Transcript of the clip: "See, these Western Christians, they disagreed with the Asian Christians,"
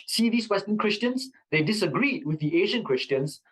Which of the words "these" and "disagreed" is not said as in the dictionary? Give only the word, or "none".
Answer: these